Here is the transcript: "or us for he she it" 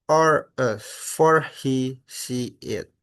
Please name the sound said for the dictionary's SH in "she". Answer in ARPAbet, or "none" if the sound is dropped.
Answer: S